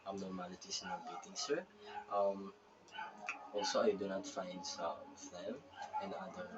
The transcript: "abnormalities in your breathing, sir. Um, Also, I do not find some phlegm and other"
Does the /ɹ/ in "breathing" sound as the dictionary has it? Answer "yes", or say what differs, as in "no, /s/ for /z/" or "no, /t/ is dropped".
no, /ɹ/ is dropped